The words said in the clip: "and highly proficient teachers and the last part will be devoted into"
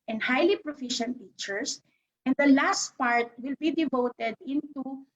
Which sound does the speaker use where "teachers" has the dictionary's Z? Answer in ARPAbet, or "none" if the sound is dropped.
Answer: S